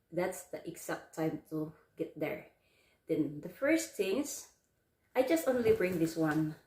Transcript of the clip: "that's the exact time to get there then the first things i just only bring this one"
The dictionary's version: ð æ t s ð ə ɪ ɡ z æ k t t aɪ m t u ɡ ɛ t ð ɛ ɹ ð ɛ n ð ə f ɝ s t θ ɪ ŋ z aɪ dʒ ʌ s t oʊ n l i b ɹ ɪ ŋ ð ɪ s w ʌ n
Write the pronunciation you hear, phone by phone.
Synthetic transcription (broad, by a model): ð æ t s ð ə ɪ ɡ s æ k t t aɪ m t u ɡ ɛ t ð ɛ ɹ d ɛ n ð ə f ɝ s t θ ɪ ŋ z aɪ dʒ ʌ s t oʊ n l i b ɹ ɪ ŋ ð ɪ s w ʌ n